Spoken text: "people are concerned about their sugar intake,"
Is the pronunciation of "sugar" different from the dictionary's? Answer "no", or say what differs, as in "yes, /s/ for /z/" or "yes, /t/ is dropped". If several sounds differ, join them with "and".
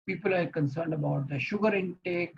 no